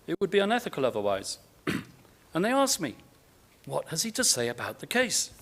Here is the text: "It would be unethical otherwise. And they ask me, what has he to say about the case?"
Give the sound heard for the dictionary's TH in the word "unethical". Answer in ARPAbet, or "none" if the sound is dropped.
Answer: TH